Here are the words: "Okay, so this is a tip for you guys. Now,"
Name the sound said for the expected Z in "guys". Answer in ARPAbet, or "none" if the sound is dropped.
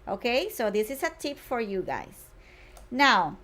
S